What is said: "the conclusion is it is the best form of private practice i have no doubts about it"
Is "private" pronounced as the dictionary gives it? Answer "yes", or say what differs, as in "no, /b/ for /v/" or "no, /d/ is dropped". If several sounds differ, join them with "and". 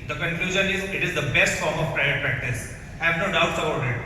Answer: no, /v/ is dropped